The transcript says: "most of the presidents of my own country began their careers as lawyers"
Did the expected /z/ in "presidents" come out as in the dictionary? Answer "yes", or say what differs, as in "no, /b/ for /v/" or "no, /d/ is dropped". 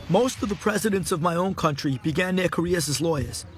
yes